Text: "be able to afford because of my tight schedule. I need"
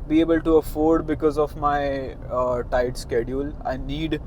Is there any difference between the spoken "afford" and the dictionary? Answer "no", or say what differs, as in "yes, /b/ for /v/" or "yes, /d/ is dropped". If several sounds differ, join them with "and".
no